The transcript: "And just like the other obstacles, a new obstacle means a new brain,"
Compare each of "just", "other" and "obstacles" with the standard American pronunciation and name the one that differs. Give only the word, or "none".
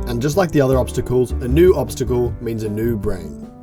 none